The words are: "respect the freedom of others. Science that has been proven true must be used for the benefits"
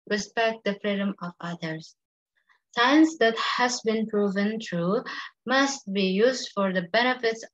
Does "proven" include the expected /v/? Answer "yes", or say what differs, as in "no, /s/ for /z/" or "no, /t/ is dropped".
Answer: yes